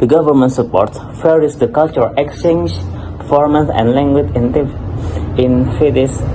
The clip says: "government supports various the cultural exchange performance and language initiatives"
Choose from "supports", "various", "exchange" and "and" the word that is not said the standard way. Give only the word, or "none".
various